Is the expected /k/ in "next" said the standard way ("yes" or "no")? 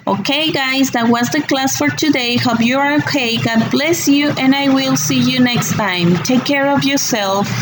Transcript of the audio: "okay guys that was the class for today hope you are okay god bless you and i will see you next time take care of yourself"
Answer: yes